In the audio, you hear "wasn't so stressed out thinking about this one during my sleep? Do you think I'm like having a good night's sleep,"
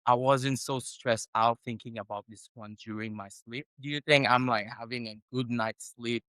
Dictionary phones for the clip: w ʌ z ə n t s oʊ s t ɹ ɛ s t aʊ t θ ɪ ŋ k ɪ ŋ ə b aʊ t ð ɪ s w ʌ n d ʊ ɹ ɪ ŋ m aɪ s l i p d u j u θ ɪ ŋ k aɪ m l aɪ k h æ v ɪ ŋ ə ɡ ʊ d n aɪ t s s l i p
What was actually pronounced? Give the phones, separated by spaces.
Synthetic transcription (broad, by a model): w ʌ z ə n t s oʊ s t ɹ ɛ s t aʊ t θ ɪ ŋ k ɪ ŋ ə b aʊ t ð ɪ s w ʌ n d ʊ ɹ ɪ ŋ m aɪ s l i p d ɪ j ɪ θ ɪ ŋ k aɪ m l aɪ k h æ v ɪ ŋ ə ɡ ʊ d n aɪ t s s l i p